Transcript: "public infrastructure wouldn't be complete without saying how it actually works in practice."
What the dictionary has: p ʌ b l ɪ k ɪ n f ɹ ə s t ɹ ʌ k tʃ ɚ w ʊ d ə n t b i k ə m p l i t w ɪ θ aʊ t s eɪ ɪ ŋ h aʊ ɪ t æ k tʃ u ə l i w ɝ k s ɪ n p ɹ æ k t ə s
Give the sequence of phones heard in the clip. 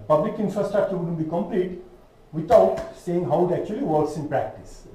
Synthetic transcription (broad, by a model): p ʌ b l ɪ k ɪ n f ɹ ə s t ɹ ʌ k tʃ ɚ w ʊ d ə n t b i k ə m p l i t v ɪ t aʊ t s eɪ ɪ ŋ h aʊ ɪ t æ k tʃ u ə l i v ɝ k s ɪ n p ɹ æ k t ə s